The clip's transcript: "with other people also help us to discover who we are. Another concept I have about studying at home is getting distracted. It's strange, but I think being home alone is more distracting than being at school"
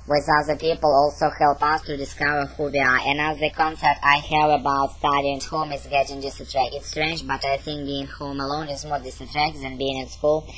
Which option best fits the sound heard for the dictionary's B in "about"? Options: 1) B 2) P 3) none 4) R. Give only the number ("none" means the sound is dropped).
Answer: 1